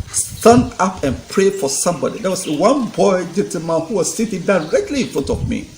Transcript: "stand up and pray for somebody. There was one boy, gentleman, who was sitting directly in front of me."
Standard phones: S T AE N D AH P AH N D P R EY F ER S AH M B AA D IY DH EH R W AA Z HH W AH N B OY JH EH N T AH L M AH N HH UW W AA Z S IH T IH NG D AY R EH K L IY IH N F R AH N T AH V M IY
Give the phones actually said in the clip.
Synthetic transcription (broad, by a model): S T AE N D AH P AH N P R EY F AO S AH M B AA D IY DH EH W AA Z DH W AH N B OY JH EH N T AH M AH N HH UW W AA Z S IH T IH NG D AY R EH K L IY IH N F R AH N T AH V M IY